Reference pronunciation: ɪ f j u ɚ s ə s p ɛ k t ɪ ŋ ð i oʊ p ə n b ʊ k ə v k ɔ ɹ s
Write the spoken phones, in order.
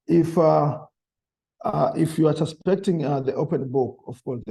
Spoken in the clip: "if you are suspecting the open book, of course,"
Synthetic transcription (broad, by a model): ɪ f j u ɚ s ə s p ɛ k t ɪ ŋ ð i oʊ p ə n b ʊ k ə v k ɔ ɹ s